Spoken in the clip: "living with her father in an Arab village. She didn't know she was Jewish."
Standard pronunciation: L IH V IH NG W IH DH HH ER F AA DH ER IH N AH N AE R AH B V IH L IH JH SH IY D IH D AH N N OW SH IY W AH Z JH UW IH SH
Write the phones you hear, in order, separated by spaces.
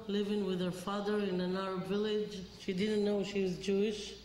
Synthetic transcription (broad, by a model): L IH V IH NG W IH DH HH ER F AA DH ER IH N AH N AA AH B V IH L IH JH SH IY D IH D N N OW SH IY W AH Z JH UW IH SH